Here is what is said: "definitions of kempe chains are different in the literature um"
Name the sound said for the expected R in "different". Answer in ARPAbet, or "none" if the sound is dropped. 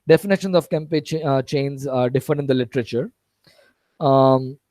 none